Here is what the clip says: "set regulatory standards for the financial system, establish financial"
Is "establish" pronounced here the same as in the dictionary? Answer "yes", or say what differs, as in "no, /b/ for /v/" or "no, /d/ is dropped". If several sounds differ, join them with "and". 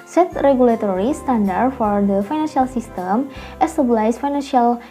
no, /s/ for /ʃ/